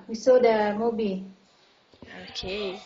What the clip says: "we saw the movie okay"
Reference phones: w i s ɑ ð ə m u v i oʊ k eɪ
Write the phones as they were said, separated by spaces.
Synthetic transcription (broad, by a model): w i s ɑ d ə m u b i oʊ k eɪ